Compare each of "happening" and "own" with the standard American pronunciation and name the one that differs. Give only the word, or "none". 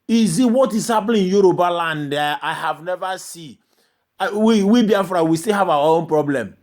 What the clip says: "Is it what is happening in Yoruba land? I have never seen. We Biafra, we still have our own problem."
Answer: happening